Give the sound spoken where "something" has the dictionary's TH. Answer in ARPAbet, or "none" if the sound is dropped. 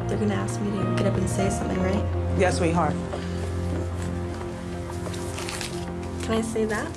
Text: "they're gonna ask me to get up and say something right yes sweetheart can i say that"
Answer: TH